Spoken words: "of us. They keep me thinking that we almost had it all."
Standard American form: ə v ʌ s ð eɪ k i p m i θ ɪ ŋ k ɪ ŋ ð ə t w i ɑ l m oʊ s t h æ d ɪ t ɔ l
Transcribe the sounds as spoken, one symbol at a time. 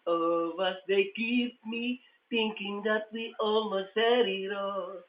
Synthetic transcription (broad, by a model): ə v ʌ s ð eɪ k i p m i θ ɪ ŋ k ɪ ŋ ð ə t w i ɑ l oʊ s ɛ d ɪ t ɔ